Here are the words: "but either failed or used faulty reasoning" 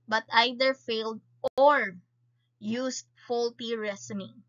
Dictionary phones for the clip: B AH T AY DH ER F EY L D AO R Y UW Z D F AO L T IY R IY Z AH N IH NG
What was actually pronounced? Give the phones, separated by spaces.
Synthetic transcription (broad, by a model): B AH T AY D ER F EY L D AO R Y UW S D F AO L T IY R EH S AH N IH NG